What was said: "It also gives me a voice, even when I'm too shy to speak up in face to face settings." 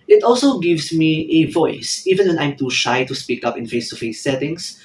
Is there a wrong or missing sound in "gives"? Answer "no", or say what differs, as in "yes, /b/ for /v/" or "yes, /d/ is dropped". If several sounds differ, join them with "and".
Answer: yes, /s/ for /z/